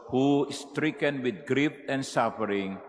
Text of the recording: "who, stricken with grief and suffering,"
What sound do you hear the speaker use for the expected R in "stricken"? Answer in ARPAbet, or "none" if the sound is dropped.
R